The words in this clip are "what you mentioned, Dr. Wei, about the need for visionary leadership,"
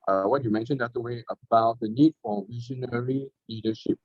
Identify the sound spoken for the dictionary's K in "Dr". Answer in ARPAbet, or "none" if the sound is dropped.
none